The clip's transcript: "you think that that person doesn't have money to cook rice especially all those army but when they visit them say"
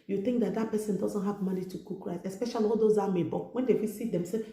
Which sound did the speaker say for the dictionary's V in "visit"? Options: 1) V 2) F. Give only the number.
2